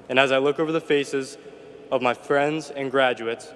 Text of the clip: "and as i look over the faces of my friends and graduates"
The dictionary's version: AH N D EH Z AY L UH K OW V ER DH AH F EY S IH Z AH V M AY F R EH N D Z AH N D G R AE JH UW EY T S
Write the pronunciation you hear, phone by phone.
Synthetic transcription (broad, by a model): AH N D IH Z AY L UH K OW V ER DH AH F EY S IH Z AH V M AY F R EH N D Z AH N G R AE JH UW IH T S